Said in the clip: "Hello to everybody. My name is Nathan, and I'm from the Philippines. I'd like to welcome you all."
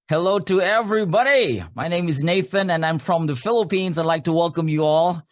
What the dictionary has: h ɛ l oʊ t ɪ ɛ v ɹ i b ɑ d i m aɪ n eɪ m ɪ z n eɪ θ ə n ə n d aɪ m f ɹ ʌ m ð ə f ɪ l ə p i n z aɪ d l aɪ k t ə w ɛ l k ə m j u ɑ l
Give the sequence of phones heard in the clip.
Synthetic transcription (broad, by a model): h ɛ l oʊ t ɪ ɛ v ɹ i b ɑ d i m aɪ n eɪ m ɪ z n eɪ θ ə n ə n aɪ m f ɹ ʌ m ð ə f ɪ l ə p i n z aɪ d l aɪ k t ə w ɛ l k ə m j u ɑ l